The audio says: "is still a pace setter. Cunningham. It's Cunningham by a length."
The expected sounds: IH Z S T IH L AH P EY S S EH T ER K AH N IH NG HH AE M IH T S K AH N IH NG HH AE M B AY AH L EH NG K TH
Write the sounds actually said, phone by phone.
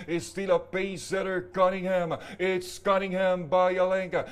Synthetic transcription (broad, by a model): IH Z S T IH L AH B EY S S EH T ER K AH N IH NG HH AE M IH T S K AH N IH NG HH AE M B AY AH L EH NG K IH